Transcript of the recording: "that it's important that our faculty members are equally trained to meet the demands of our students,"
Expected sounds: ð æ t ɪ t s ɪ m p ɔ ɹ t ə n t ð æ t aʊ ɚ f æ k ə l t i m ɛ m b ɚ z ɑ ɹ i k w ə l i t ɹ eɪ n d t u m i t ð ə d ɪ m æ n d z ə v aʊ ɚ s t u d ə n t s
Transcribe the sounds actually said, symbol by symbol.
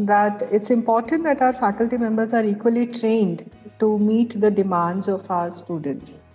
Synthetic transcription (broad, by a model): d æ t ɪ t s ɪ m p ɔ ɹ t ə n t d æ t aʊ ɚ f æ k ə l t i m ɛ m b ɚ z ɑ ɹ i k w ə l i t ɹ eɪ n d t u m i t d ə d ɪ m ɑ n d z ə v aʊ ɚ s t u d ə n t s